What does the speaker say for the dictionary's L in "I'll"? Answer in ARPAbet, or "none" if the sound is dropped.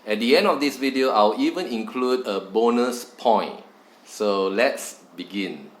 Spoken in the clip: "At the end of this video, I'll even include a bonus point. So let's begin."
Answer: W